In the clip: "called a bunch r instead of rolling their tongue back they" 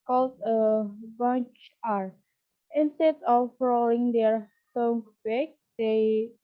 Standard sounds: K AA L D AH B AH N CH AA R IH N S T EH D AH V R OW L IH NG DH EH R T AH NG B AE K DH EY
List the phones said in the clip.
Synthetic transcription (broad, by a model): K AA L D AH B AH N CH AA R IH N S T EH D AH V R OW IH NG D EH R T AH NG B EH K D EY